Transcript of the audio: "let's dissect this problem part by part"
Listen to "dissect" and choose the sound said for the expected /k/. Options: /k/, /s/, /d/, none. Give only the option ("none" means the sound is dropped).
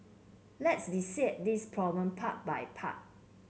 none